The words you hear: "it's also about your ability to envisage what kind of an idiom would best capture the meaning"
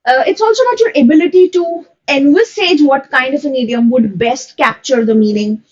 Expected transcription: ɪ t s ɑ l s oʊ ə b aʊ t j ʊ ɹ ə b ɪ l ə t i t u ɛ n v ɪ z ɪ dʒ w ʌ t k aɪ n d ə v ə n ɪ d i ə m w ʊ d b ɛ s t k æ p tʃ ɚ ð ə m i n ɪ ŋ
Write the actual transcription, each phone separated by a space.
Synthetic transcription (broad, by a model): ɪ t s ɑ l s oʊ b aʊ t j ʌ ɹ ə b ɪ l ə t i t u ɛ n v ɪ s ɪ dʒ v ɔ t k aɪ n d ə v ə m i d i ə m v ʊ d b ɛ s t k æ p tʃ ɚ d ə m i n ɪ ŋ